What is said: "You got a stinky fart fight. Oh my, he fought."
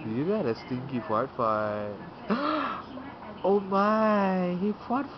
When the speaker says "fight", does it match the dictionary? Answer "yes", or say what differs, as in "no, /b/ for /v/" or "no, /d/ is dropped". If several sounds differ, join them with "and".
no, /t/ is dropped